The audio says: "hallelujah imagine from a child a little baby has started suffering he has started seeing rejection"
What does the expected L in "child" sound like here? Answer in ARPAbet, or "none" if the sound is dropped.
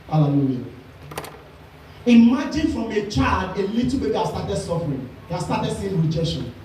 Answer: L